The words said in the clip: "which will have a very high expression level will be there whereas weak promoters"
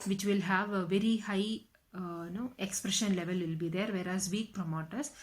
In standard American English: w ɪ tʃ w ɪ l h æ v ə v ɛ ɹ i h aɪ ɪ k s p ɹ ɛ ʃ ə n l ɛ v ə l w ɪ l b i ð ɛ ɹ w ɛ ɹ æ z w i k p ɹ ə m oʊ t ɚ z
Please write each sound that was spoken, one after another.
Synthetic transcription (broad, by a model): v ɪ tʃ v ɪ l h æ v v ɛ ɹ i h aɪ ɪ k s p ɹ ɛ ʃ ə n l ɛ v ə l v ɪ l b i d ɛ ɹ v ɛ ɹ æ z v i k p ɹ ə m oʊ t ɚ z